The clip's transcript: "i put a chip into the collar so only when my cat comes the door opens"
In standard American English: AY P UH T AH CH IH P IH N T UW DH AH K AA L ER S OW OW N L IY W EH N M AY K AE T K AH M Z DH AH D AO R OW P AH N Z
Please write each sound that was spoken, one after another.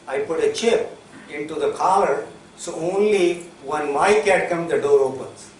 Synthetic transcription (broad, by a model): AY P UH T AH CH IH P IH N T UW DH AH K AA ER S OW OW N L IY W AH N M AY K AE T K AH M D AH D AO R OW P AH N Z